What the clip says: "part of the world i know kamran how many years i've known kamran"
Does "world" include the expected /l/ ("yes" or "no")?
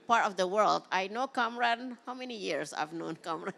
yes